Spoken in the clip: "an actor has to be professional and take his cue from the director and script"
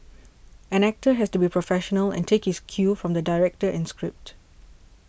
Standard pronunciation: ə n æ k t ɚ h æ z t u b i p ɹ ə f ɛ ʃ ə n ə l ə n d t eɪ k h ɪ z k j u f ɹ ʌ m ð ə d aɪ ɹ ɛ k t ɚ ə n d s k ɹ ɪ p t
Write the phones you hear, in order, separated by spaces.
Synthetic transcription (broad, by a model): ə n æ k t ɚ h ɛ s t u b i p ɹ ə f ɛ ʃ ə n ə l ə n t eɪ k h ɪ s k j u f ɹ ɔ m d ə d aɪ ɹ ɛ k t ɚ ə n s k ɹ ɪ p t